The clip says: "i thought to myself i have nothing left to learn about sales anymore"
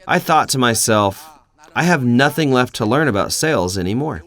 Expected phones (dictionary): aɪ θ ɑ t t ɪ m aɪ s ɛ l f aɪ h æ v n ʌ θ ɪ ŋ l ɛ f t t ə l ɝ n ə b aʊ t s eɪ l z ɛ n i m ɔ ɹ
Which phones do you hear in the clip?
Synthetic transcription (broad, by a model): aɪ θ ɑ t t ɪ m aɪ s ɛ l f aɪ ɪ v n ʌ θ ɪ ŋ l ɛ f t t ə l ɝ n ə b aʊ t s eɪ l z ɛ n i m ɔ ɹ